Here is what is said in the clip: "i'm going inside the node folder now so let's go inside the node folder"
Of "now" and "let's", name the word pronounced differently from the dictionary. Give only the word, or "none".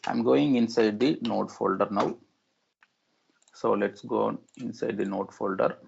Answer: none